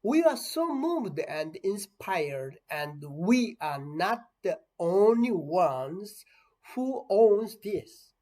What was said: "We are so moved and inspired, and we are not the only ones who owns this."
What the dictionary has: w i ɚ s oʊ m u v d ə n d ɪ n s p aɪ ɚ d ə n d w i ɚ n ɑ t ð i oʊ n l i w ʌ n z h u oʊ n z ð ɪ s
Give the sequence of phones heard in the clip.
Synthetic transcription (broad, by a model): w i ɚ s oʊ m u v d ə n d ɪ n s p aɪ ɚ d ə n d w i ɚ n ɑ t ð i oʊ n l i w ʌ n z h u oʊ n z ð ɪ s